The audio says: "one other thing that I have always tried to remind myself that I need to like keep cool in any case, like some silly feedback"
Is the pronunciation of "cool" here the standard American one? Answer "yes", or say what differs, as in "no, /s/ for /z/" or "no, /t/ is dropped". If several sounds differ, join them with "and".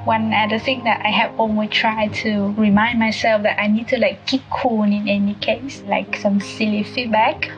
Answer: no, /n/ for /l/